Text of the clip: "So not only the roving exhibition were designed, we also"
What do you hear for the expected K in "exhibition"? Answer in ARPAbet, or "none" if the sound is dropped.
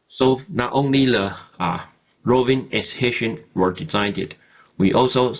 none